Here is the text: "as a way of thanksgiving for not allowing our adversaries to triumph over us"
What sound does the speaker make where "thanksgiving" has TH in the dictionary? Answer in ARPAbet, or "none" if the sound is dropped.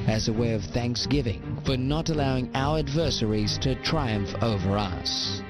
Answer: TH